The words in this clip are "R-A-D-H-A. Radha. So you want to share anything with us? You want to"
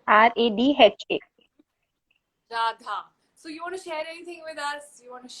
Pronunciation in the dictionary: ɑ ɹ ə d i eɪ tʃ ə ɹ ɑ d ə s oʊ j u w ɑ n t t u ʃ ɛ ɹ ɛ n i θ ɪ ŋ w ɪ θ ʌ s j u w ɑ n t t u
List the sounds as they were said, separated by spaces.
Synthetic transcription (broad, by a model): ɑ ɹ ə d i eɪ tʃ ə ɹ ɑ d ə s oʊ j u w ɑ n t t u ʃ ɛ ɹ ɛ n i t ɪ ŋ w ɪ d ʌ s j u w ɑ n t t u